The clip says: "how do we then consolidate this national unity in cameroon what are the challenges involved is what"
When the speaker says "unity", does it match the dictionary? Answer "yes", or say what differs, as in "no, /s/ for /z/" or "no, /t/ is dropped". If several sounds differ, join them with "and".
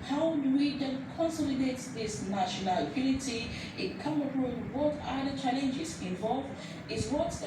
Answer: no, /l/ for /n/